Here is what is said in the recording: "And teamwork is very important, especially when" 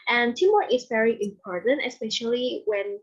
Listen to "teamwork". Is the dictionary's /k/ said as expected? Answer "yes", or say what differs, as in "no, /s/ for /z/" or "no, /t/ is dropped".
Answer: no, /k/ is dropped